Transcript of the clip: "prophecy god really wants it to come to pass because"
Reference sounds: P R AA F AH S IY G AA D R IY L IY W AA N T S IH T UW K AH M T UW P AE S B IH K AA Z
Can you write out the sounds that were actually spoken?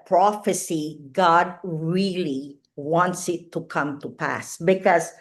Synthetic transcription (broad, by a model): P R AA F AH S IY G AA D R IY L IY W AA N T S IH T UW K AH M T UW P AE S B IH K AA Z